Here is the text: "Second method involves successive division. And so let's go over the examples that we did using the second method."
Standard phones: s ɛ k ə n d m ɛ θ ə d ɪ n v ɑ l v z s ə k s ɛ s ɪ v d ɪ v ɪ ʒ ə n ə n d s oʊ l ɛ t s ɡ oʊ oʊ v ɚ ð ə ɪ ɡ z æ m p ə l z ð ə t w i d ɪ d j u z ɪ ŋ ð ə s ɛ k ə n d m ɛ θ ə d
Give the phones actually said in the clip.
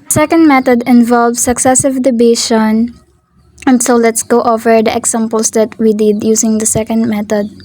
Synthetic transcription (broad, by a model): s ɛ k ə n d m ɛ t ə d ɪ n v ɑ l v s ə k s ɛ s ɪ v d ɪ b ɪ ʃ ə n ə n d s oʊ l ɛ t s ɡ oʊ oʊ v ɚ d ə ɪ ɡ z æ m p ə l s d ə t w i d ɪ d j u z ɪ ŋ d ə s ɛ k ə n d m ɛ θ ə d